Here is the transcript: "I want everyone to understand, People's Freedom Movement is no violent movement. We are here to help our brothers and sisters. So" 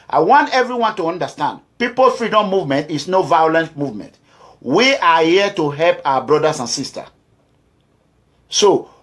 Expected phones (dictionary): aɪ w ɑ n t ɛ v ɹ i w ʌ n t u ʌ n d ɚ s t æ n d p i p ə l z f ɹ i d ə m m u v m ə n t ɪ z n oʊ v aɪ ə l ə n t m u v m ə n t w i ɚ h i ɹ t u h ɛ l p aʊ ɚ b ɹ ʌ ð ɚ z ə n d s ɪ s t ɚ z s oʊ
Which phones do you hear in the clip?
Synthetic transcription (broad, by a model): aɪ w ɑ n t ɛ v ɹ i w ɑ n t u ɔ n d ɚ s t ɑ n d p i p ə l f ɹ i d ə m m u v m ə n t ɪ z n oʊ v aɪ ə l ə n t m u v m ə n t w i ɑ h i t u h ɛ l p aʊ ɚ b ɹ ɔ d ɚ s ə n s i s t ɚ s oʊ